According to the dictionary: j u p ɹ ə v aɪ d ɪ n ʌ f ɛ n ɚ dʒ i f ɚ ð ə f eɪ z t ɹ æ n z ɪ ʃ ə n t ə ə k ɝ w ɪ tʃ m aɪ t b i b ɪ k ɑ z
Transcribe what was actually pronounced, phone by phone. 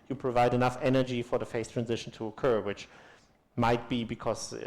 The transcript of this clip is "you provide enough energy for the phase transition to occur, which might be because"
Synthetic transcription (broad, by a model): j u p ɹ ə v aɪ d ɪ n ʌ f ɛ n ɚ dʒ i f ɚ ð ə f eɪ s t ɹ æ n z ɪ ʃ ə n t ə ə k ɝ w ɪ tʃ m aɪ t b i b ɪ k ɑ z